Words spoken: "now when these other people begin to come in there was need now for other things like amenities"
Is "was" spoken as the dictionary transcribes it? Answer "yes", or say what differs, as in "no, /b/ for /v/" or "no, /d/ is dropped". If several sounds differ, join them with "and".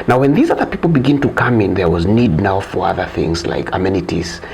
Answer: yes